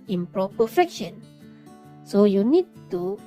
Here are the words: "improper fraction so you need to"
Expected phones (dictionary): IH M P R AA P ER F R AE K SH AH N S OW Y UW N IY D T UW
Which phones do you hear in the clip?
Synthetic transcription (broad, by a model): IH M P R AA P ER F EH K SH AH N S OW Y UW N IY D T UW